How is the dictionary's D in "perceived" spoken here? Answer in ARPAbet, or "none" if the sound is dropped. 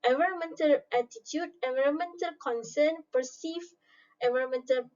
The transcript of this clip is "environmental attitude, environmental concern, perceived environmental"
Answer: none